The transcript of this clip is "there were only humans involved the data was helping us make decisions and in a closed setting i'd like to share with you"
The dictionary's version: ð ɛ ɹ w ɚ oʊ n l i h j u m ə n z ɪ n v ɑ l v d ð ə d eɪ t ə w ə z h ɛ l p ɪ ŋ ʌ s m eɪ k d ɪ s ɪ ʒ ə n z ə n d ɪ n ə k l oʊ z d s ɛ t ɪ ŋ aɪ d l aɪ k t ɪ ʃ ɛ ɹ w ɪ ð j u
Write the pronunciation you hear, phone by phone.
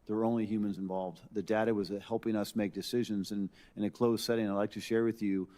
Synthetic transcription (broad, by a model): ð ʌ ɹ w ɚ oʊ n l i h j u m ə n z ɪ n v ɑ l v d ð ə d eɪ t ə w ə z h ɛ l p ɪ ŋ ʌ s m eɪ k d ɪ s ɪ ʒ ə n z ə n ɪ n ə k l oʊ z s ɛ t ɪ ŋ aɪ d l aɪ k t ɪ ʃ ɛ ɹ w ɪ ð j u